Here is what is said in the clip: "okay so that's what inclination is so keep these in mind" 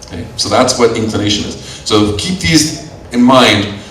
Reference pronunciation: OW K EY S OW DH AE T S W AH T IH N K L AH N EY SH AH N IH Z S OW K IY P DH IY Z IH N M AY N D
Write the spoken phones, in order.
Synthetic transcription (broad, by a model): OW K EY S OW DH AE T S W AH T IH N K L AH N EY SH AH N IH Z S OW K IY P DH IY Z IH N M AY N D